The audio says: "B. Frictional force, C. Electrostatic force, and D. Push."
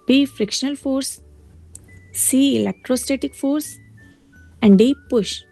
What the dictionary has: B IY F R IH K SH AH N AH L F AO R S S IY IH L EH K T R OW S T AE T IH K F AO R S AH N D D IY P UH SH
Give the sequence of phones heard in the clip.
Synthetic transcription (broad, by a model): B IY F R IH K SH AH N AH L F AO R S S IY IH L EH K T R OW S T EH T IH K F AO R S AH N D D IY P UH SH